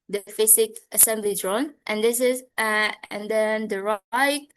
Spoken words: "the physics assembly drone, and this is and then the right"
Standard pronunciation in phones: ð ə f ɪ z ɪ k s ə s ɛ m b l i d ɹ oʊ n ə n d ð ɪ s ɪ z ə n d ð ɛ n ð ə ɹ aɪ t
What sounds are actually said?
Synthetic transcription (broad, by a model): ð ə f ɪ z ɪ k ə s ɛ m b l i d ɹ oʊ n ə n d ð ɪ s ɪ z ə n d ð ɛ n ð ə ɹ aɪ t